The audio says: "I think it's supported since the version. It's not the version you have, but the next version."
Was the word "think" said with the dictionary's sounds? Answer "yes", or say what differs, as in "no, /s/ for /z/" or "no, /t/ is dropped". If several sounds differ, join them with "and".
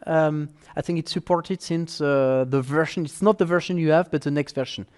yes